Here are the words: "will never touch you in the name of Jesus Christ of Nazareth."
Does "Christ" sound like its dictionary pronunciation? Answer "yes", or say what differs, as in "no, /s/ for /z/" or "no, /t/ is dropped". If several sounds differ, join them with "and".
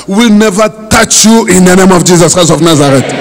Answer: no, /ɹ/ is dropped and /t/ is dropped